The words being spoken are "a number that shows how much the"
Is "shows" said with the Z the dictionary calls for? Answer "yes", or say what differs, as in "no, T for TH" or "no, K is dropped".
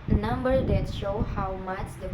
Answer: no, Z is dropped